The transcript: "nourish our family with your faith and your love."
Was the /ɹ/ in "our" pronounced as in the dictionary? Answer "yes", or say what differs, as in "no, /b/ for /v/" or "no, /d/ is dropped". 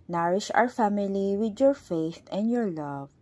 yes